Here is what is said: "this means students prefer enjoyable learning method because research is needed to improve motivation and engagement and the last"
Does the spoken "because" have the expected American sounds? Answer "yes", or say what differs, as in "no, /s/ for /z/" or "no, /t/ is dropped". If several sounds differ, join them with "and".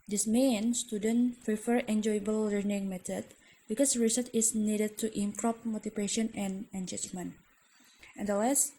no, /s/ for /z/